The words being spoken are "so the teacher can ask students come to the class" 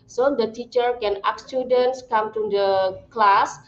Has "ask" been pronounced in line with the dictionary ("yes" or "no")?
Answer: no